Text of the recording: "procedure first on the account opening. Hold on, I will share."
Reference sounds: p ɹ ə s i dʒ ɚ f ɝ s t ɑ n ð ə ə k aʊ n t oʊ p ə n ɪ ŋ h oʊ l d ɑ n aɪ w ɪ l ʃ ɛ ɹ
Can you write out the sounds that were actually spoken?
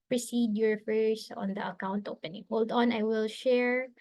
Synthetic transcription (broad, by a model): p ɹ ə s i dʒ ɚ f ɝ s ɑ n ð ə ə k aʊ n t oʊ p ə n ɪ ŋ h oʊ l d ɑ n aɪ w ɪ l ʃ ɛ ɹ